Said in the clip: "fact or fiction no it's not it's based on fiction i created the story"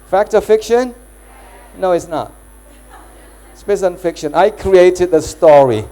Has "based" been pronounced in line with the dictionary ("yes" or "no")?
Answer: no